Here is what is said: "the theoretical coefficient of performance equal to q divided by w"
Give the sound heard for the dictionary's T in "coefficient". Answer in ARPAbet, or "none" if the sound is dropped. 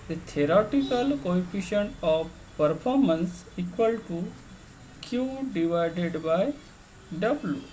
none